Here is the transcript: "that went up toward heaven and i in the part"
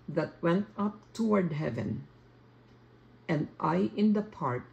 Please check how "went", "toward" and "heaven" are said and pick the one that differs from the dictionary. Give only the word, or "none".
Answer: none